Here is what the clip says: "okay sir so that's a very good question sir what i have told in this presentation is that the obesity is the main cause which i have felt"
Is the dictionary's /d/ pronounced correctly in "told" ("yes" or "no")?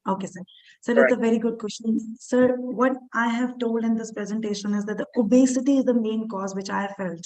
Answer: yes